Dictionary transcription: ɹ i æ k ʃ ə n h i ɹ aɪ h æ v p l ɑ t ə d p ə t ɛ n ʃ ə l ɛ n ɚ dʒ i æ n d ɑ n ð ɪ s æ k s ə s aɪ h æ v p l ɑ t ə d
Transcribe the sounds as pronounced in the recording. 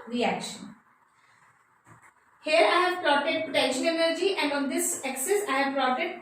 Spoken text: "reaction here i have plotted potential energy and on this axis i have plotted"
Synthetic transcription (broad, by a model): ɹ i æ k ʃ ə n h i ɹ aɪ h æ v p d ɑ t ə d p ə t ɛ ʃ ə n ɛ n ɚ dʒ i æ n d ɑ n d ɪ s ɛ k s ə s aɪ h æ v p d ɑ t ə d